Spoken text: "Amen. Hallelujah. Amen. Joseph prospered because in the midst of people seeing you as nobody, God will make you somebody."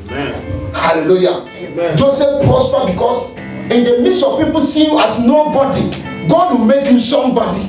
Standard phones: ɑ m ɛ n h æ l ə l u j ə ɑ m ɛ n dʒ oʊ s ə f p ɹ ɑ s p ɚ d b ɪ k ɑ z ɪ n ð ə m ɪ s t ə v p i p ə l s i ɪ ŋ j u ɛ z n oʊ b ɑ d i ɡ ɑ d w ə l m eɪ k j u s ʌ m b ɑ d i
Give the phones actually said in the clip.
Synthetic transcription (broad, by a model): h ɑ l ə l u j ɑ dʒ oʊ s ə f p ɹ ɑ s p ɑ b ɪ k ɑ s ɪ n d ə m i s ə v p i p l s i j u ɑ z n oʊ b ɑ d i ɡ ɑ d w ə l m eɪ k j u s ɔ m b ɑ d i